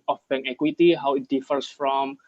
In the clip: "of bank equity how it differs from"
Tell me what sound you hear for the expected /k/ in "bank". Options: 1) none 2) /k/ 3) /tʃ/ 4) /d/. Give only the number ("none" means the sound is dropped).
1